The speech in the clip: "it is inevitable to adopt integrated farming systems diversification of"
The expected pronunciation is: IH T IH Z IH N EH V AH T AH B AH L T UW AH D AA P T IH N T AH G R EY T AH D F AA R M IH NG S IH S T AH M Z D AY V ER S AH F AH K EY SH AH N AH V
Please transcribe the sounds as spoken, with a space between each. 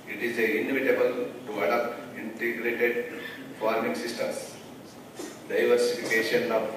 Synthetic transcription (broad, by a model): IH T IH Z IH N EH V AH T AH B AH L T UW AH D AA P T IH N T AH G R EY T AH D F AA R M IH NG S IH S T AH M D AY V ER S AH F AH K EY SH AH N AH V